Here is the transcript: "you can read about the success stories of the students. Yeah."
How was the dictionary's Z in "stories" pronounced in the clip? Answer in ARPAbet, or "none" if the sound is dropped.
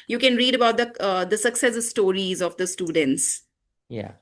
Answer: Z